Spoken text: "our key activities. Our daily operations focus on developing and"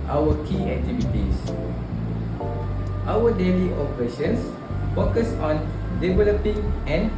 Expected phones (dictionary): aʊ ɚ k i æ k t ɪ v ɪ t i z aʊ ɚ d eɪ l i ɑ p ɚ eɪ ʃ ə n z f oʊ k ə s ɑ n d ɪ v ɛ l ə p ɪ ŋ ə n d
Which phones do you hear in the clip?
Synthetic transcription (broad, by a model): aʊ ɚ k i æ k t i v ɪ t i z aʊ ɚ d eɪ l i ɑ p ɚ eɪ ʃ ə n s f oʊ k ə s ɑ n d ɪ v ɛ l ə p ɪ ŋ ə n